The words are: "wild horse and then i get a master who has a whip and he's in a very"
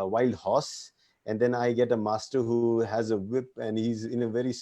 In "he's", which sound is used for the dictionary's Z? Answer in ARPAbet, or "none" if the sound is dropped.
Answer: Z